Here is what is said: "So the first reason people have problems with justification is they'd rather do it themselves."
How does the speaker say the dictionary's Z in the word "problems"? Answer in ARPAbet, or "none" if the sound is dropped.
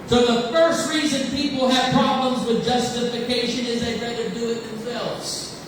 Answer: Z